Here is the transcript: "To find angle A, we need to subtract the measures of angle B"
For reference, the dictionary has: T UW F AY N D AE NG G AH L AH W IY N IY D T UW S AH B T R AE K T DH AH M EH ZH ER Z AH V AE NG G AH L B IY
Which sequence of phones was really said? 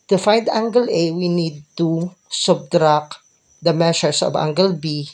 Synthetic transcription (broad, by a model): T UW F AY N D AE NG G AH L AH W IY N IY D T UW S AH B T R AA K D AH M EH SH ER S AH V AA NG G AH L B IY